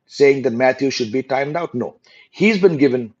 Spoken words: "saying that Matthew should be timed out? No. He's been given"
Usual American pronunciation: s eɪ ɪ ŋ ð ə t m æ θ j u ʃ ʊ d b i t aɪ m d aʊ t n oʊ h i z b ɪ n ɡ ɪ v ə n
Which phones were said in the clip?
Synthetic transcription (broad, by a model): s eɪ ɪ ŋ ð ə t m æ t j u ʃ ʊ d b i t aɪ m d aʊ t n oʊ h i z b ɪ n ɡ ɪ v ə n